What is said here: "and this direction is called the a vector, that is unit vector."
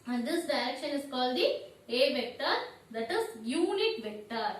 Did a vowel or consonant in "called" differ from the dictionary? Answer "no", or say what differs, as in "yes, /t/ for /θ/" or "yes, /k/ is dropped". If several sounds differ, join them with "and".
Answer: no